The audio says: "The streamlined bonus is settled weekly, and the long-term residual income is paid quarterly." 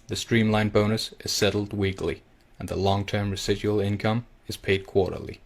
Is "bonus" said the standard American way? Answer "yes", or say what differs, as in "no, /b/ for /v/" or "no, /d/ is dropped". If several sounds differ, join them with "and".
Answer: yes